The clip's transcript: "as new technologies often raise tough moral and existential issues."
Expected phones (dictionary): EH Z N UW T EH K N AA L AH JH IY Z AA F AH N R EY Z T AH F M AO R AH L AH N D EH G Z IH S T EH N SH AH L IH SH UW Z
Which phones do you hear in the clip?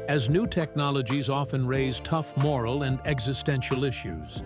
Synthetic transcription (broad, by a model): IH Z N UW T EH K N AA L AH JH IY Z AA F AH N R EY Z T AH F M AO R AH L AH N D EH G Z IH S T EH N SH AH L IH SH UW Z